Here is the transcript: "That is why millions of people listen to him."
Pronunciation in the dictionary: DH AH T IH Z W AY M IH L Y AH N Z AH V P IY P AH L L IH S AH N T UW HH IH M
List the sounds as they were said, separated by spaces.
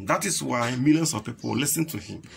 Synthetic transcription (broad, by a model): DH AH T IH S W AY M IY L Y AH N S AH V P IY P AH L L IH S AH N T UW HH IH M